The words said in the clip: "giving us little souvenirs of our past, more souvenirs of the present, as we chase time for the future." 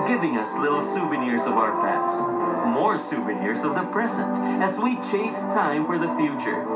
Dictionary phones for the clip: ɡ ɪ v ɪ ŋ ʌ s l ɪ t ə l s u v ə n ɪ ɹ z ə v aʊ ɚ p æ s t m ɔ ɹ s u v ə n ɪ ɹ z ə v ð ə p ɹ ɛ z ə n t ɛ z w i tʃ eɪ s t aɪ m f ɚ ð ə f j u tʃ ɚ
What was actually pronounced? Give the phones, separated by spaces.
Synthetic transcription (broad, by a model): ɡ ɪ v ɪ ŋ ʌ s l ɪ t l s u v ə n ɪ ɹ z ə v aʊ ɚ p æ s t m ɔ ɹ s u v ə n ɪ ɹ z ə v ð ə p ɹ ɛ z ə n t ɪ z w i tʃ eɪ s t aɪ m f ɚ ð ə f j u tʃ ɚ